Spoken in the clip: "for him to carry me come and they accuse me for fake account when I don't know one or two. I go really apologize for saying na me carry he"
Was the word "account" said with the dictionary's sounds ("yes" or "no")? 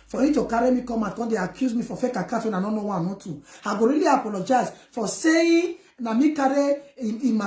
no